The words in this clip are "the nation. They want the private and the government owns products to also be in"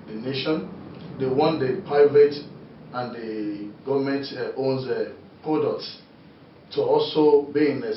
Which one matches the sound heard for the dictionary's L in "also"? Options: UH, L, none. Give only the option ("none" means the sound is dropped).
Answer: L